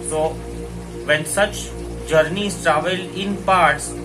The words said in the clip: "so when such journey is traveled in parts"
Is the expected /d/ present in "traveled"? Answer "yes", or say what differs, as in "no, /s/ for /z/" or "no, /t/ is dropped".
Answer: no, /d/ is dropped